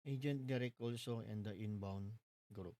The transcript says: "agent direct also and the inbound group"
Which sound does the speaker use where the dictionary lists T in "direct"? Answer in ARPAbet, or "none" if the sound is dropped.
none